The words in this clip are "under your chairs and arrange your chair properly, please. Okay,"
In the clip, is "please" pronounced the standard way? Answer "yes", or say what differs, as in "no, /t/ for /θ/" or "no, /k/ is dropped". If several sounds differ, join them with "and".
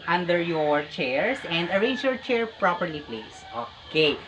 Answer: no, /s/ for /z/